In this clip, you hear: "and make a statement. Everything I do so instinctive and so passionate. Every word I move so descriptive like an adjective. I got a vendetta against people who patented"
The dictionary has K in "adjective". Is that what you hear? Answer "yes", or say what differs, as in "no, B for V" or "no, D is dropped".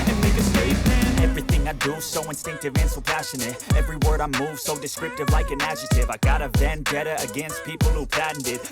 no, K is dropped